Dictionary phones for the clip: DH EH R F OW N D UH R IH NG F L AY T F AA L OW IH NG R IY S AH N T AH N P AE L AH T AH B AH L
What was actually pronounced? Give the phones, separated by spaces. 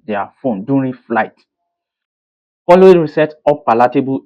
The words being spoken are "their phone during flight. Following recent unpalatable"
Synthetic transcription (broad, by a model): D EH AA F OW N D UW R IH F L AY T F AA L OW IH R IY S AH T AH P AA L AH T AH B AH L